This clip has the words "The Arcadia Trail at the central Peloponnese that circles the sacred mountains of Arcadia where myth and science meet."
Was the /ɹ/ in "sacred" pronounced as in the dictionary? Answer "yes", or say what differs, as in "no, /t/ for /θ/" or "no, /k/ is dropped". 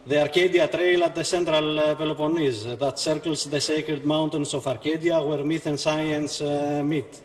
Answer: yes